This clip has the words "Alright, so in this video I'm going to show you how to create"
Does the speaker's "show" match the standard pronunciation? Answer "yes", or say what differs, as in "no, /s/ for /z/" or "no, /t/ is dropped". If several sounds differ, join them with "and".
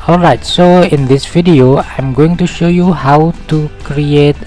yes